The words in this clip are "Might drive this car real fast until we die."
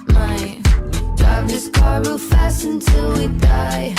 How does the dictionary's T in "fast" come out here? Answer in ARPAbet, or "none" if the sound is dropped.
none